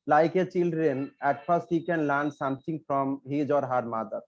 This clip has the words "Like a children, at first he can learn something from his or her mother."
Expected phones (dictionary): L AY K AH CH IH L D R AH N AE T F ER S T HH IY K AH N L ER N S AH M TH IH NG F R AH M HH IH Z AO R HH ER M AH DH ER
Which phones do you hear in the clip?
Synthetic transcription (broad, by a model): L AY K AH CH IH L D R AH N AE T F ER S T HH IY K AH N L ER N S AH M T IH NG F R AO M HH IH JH AO R HH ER M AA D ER